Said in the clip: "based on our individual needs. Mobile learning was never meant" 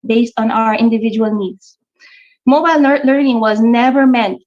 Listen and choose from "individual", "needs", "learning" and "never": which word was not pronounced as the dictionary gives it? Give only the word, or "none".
needs